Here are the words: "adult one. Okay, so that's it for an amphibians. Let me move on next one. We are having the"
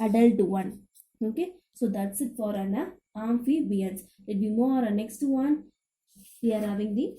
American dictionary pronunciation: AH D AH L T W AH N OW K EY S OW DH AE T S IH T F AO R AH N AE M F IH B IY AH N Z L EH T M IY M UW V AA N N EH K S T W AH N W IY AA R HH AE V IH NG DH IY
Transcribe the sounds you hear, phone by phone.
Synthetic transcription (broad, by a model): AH D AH L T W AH N OW K EY S OW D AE T S IH T F AO R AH N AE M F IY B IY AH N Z L EH T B IY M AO AA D N EH K S T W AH N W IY AA R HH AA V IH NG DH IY